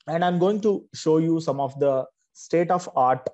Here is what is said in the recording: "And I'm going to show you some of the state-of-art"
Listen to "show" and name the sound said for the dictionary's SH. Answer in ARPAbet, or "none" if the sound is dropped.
SH